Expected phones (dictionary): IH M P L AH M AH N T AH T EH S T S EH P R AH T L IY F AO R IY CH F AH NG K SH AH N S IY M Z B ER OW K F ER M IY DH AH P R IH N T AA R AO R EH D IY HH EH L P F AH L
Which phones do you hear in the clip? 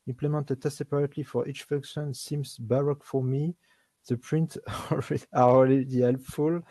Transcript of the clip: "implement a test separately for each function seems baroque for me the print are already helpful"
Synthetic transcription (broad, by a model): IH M P L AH M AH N T AH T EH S S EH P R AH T L IY F AO R IY CH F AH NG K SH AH N S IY M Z B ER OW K F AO M IY DH AH P R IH N T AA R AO L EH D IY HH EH L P F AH L